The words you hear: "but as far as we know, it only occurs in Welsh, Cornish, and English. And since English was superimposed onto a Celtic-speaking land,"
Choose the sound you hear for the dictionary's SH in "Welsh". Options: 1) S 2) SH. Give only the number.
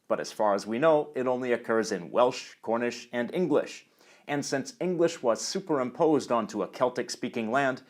2